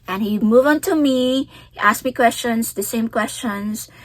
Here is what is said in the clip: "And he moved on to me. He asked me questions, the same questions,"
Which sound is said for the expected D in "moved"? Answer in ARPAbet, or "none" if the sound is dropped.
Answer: none